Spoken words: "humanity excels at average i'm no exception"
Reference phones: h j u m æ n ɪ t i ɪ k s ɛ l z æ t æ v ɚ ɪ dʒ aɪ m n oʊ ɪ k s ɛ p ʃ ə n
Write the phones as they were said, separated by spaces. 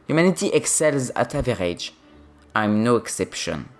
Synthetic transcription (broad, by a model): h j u m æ n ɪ t i ɪ k s ɛ l z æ t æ v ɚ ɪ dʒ aɪ m n oʊ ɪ k s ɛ p ʃ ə n